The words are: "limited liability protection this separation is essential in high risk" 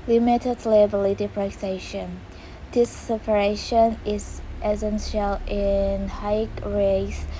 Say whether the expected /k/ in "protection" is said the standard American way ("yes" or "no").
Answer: no